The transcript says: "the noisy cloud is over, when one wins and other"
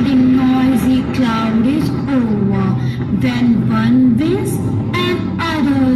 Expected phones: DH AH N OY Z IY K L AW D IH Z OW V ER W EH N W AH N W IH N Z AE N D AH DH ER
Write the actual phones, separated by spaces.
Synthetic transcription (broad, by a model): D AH N OY Z IY K L AW D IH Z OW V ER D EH N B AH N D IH Z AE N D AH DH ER